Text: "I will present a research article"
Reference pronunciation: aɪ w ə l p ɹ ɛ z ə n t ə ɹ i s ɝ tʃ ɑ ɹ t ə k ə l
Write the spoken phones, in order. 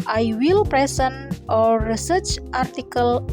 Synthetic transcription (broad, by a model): aɪ w ə l p ɹ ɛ s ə n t ə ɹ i s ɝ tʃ ɑ ɹ t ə k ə l